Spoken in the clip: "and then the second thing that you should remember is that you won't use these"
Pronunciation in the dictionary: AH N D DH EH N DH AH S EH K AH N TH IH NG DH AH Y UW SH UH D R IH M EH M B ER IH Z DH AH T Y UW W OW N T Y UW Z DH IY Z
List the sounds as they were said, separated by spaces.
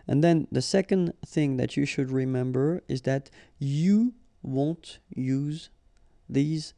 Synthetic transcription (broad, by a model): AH N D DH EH N DH AH S EH K AH N TH IH NG DH AH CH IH SH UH D R IH M EH M B ER IH Z DH AH T Y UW W OW N T Y UW Z DH IY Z